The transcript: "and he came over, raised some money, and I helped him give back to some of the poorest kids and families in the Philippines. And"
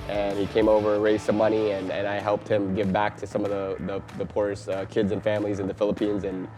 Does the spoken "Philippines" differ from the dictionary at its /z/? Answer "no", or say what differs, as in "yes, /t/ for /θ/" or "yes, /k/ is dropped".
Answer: no